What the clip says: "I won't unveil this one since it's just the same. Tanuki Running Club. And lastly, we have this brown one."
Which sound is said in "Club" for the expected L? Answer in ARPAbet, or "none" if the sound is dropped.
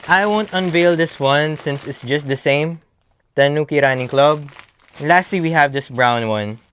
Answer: L